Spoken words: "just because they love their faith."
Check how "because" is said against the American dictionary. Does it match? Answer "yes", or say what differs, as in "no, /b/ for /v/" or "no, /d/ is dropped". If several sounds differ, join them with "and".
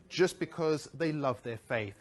yes